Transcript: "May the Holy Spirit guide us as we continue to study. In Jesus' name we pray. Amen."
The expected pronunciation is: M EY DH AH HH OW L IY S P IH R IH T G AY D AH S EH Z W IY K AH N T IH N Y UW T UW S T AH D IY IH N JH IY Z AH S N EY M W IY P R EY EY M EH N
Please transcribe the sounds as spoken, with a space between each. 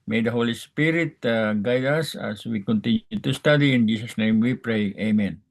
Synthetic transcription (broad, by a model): M EY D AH HH OW L IY S P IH R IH T G AY D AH S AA S W IY K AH N T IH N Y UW T UW S T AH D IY IH N JH IY S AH S N EY M W IY P R EY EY M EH N